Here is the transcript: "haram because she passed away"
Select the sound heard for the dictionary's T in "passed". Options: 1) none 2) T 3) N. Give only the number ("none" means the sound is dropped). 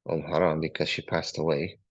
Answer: 2